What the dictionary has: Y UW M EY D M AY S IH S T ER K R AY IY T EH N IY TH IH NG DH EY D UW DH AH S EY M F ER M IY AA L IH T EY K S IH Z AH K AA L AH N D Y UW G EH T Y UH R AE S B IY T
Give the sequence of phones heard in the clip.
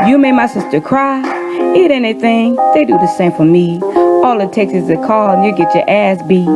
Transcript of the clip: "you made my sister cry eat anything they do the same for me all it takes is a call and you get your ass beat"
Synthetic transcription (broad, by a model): Y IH M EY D M AY S IH S T ER K R AY IY T EH N IY TH IH NG DH EY D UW DH AH S EY M F ER M IY AA L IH T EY K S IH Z AH K AA L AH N Y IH G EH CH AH R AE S B IY